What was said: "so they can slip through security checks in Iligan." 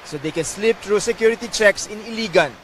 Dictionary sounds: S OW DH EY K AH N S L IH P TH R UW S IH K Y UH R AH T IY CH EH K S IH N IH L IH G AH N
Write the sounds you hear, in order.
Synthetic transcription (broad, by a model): S OW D EY K AH N S L IH P T R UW S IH K Y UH R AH T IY CH EH K S IH N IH L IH G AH N